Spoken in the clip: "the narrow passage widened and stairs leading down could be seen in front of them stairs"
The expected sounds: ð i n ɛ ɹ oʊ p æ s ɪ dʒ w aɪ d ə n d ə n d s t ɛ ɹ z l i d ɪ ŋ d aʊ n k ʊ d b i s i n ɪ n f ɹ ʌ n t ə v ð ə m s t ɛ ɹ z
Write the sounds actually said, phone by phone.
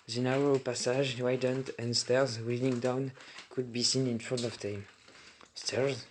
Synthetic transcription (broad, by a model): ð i n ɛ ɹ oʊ p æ s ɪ ʒ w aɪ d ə n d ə n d s t ɛ ɹ z w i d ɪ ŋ d aʊ n k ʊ d b i s i n ɪ n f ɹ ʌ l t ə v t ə m s t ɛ ɹ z